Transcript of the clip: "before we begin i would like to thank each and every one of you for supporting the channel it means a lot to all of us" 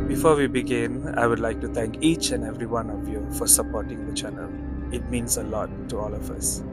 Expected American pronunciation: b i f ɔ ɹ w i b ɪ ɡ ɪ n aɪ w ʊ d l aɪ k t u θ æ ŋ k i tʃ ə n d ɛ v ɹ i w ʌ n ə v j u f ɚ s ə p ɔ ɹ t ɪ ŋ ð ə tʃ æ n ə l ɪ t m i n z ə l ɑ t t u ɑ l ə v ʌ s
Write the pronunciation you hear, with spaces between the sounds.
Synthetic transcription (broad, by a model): b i f ɔ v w i b ɪ ɡ ɪ n aɪ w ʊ d l aɪ k t u t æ ŋ k i tʃ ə n ɛ v ɹ i w ʌ n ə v j u f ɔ s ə p ɔ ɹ t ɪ ŋ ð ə tʃ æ n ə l ɪ t m i n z ə l ɑ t t u ɑ l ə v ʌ s